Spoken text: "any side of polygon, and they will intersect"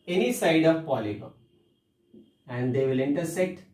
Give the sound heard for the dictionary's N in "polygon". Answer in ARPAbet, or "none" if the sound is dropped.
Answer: none